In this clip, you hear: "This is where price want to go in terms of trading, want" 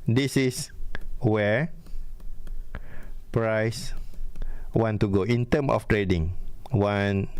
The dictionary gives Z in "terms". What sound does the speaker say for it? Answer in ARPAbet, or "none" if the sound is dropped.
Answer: none